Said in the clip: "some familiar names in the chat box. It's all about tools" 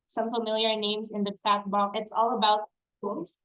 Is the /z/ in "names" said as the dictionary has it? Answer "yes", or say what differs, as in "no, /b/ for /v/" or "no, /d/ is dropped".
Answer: yes